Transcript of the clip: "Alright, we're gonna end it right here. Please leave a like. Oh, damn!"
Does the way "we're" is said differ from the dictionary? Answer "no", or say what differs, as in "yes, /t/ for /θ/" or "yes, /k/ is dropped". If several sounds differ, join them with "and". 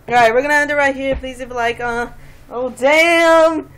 no